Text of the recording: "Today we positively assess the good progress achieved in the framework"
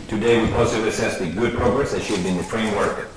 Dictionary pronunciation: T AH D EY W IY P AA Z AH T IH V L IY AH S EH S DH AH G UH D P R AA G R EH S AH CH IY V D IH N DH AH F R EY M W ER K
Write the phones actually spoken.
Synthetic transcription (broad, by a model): T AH D EY W IY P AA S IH L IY AH S EH S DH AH G UH D P R AA G R EH S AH SH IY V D IH N DH AH F R EY M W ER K